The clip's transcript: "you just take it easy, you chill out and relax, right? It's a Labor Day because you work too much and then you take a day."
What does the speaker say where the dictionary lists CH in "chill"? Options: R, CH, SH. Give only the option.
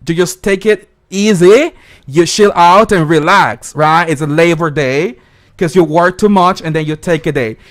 SH